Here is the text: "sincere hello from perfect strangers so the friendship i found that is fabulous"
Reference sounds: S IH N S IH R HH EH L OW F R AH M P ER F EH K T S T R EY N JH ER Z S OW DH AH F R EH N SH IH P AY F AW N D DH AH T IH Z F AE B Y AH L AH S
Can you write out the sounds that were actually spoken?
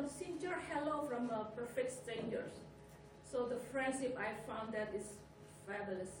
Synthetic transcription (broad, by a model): S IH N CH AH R HH EH L OW F R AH M P ER F EH K T S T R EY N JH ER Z S OW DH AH F R EH N SH IH P AY F AW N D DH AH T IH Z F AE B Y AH L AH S